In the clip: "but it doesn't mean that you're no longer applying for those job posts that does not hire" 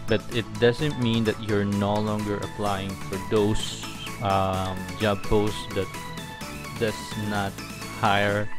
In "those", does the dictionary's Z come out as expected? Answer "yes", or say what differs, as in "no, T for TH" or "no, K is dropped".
no, S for Z